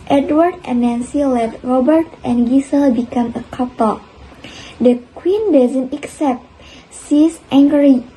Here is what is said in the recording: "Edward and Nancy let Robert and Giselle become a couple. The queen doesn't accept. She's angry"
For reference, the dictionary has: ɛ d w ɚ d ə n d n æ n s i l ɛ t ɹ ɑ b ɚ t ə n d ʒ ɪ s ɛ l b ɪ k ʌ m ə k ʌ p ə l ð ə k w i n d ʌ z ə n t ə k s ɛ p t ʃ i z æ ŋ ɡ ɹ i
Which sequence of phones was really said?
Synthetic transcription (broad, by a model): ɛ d w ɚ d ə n n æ n s i l ɛ t ɹ ɑ b ɚ t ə n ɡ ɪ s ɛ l b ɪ k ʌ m ə k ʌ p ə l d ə k w i n d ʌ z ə n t ə k s ɛ p t s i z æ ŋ ɡ ɹ i